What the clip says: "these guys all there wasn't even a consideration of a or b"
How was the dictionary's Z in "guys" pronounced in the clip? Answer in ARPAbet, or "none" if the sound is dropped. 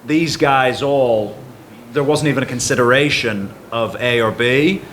Z